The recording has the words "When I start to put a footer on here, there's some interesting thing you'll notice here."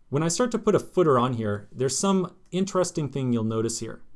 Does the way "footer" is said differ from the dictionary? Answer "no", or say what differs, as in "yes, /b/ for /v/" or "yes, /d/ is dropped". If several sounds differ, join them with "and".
no